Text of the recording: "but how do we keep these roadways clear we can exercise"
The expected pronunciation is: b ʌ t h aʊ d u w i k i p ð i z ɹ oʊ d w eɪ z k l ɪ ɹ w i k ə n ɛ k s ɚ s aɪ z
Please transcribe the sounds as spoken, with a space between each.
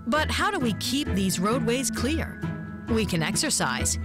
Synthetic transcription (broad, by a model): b ʌ t h aʊ d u w i k i p ð i z ɹ oʊ d w eɪ z k l ɪ ɹ w i k ə n ɛ k s ɚ s aɪ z